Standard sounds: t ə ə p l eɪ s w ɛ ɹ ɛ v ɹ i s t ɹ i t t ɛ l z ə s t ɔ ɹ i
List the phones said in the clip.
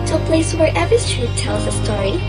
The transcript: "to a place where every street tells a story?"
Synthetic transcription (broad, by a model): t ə ə p l eɪ s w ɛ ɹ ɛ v i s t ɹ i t t ɛ l z ə s t ɔ ɹ i